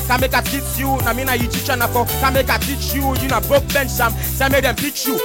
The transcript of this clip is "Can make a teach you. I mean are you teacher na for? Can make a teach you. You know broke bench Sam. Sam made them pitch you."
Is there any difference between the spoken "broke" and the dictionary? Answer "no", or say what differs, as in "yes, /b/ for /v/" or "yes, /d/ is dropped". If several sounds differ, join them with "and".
yes, /ɹ/ is dropped